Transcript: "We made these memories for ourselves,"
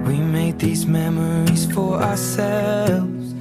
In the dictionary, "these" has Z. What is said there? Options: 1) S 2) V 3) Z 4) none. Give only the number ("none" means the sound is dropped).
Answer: 3